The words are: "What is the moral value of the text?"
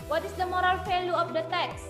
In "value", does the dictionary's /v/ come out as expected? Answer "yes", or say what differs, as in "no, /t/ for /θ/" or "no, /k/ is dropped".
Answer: no, /f/ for /v/